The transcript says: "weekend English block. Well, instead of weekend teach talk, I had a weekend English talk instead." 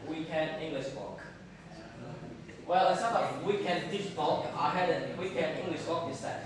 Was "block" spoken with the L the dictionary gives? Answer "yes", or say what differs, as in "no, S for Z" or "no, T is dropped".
no, L is dropped